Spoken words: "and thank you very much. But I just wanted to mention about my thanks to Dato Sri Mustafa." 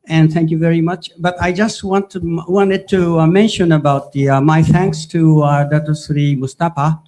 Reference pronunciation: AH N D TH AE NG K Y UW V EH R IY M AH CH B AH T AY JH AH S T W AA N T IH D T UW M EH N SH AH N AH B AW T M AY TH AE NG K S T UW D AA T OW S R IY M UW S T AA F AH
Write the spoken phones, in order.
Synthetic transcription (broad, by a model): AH N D TH AE NG K Y UW V EH R IY M AH CH B AH T AY JH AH S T W AA N T IH D T UW M EH N SH AH N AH B AW T M AY TH AE NG K S T UW D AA T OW S R IY M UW S T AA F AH